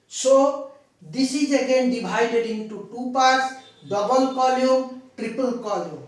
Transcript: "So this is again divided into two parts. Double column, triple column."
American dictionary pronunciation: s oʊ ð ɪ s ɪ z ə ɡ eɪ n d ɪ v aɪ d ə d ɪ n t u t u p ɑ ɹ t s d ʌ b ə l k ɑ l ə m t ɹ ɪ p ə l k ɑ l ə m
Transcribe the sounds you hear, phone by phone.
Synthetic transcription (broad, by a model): s oʊ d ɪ s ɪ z ə ɡ eɪ n d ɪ b aɪ d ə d ɪ n t u t u p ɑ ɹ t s d ʌ b ə l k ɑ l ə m t ɹ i p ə l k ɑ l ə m